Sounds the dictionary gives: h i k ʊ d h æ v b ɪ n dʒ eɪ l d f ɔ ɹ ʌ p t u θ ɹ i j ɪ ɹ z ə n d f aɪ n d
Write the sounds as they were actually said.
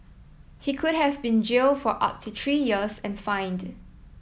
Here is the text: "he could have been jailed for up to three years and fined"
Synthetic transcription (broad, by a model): h i k ʊ d h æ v b ɪ n dʒ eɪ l f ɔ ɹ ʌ p t u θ ɹ i j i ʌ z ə n f aɪ n d